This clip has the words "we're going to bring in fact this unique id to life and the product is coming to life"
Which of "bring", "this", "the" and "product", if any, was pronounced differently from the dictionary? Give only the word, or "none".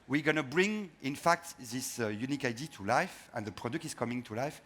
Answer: none